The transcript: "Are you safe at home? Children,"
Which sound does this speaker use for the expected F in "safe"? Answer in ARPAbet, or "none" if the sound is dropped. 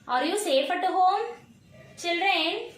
P